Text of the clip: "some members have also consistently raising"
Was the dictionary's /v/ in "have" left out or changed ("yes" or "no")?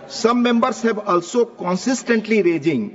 yes